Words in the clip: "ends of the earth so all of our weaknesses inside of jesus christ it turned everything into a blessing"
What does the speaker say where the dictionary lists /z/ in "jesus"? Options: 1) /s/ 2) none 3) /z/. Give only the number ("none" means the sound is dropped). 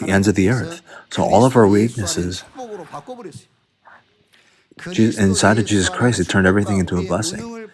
3